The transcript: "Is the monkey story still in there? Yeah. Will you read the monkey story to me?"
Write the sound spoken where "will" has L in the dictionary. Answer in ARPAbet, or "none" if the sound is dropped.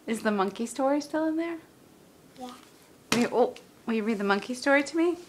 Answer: W